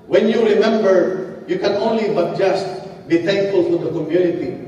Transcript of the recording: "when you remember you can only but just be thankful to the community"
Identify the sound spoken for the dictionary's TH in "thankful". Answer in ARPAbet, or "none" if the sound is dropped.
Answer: T